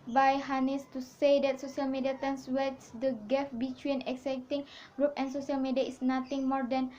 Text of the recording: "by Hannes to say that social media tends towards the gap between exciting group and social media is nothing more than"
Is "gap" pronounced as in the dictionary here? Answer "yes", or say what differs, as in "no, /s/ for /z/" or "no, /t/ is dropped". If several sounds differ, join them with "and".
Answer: no, /f/ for /p/